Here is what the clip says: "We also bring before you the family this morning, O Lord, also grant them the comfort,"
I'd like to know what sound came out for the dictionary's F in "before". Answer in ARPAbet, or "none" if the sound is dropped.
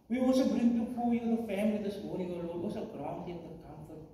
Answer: P